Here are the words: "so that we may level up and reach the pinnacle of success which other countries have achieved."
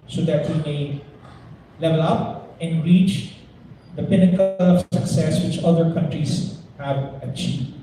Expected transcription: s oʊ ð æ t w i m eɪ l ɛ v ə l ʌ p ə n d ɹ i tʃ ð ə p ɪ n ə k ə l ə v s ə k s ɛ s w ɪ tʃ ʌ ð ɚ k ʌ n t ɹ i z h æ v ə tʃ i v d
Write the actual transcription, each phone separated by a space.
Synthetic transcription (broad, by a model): s oʊ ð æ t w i m eɪ l ɛ v ə l ʌ p ə n d ɹ i tʃ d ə p ɪ n ə k ə l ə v s ə k s ɛ s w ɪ tʃ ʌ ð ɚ k ʌ n t ɹ i z h æ v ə tʃ i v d